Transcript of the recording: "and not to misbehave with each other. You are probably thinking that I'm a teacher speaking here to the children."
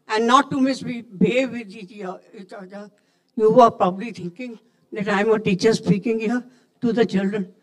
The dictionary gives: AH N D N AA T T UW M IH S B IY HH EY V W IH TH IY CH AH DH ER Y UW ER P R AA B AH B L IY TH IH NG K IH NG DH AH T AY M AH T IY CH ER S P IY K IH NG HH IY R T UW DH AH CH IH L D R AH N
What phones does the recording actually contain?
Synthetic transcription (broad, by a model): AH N D N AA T T UW M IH S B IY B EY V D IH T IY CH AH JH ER Y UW ER P R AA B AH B L IY T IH NG K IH NG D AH T AY M AH T IY CH ER S P IY K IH NG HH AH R T UW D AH CH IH L D R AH N